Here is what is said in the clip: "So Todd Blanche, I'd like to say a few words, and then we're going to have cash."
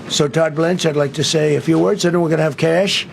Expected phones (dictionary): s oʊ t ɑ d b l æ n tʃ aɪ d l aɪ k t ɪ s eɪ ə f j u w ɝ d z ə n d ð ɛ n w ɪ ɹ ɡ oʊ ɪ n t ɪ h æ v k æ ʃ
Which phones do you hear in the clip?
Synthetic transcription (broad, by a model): s oʊ t ɑ d b l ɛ n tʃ aɪ d l aɪ k t ɪ s eɪ ə f j u w ɝ d z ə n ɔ w ɪ ɹ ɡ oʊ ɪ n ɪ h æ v k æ ʃ